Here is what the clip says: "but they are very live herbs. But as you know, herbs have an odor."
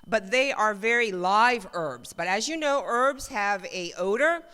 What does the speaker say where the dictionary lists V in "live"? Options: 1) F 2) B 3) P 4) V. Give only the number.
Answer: 4